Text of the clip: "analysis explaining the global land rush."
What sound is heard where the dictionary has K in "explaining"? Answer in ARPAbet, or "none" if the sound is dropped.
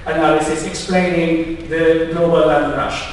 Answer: K